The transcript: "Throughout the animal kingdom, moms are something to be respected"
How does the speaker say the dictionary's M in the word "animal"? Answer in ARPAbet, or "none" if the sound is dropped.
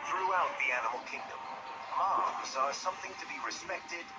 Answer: M